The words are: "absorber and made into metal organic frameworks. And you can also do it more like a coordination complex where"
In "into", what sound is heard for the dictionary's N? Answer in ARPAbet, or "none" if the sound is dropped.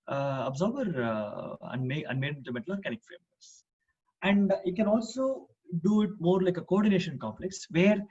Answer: none